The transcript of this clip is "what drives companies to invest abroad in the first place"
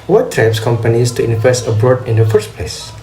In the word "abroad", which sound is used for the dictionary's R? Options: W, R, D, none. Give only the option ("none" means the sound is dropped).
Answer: R